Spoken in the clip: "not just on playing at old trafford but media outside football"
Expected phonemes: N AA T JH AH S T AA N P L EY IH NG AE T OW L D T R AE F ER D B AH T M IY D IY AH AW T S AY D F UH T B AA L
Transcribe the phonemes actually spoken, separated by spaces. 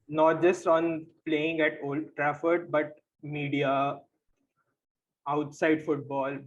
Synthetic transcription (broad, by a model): N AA T JH AH S T AA N P L EY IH NG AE T OW L D T R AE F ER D B AH T M IY D IY AH AW T S AY D F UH T B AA L